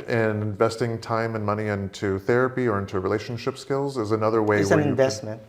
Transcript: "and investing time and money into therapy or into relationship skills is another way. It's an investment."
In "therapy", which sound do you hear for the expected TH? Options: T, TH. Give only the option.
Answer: TH